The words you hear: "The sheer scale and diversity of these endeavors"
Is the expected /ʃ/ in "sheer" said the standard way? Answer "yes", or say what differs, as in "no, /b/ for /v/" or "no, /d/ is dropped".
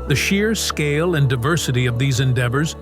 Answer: yes